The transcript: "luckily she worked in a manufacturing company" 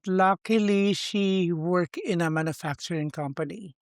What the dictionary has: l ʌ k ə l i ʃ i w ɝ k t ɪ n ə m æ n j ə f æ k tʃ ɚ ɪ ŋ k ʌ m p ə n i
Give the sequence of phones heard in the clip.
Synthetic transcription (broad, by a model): l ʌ k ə l i ʃ i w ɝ k ɪ n ə m æ n j ə f æ k tʃ ɚ ɪ ŋ k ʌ m p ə n i